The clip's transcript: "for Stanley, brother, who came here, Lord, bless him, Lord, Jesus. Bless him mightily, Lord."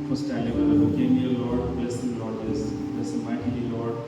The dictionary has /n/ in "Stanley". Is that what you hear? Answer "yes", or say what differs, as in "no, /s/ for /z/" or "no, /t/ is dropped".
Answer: no, /n/ is dropped